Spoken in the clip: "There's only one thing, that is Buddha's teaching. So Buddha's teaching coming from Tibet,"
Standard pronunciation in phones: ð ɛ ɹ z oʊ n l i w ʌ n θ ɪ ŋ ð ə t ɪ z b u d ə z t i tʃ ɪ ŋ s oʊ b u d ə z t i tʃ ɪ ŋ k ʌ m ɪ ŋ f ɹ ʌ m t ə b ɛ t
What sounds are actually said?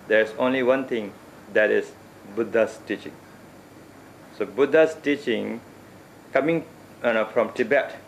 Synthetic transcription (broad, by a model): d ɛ ɹ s oʊ n l i w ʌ n t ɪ ŋ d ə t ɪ s b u d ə s t i tʃ ɪ ŋ s oʊ b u d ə s t i tʃ ɪ ŋ k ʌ m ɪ ŋ f ɹ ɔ m t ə b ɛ t